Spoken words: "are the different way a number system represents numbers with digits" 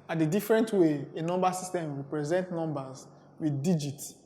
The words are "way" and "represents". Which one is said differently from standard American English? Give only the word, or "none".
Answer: represents